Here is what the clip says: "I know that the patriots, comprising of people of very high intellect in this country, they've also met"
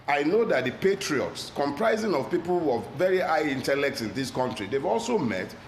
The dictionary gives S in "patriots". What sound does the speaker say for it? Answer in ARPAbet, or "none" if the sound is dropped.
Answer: S